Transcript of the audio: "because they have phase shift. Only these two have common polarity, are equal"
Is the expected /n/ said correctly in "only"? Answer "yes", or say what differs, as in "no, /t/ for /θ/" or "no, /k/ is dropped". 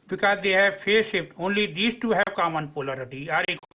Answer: yes